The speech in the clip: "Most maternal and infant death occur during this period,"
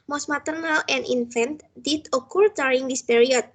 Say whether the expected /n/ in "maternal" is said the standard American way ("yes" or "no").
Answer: yes